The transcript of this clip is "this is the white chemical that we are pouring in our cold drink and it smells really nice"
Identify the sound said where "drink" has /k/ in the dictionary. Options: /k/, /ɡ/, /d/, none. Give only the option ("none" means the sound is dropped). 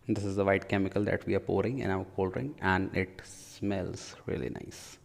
none